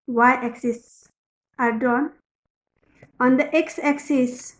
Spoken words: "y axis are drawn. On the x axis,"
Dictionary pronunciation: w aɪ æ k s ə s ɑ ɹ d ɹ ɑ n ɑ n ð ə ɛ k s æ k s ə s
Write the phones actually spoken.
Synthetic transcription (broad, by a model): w aɪ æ k s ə s ɑ ɹ d ɑ n ɑ n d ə ɛ k s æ k s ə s